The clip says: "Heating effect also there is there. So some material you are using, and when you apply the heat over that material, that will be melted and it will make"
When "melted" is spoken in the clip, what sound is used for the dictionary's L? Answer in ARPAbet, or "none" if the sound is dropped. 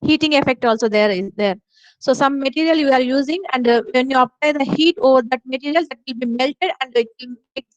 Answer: L